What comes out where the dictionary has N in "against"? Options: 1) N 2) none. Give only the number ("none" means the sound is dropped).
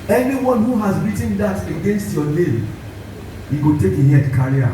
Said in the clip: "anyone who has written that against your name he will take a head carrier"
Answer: 1